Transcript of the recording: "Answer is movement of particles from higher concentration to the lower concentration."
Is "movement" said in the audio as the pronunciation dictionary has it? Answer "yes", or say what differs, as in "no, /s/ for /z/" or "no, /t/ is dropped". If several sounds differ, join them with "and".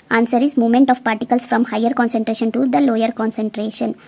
no, /v/ is dropped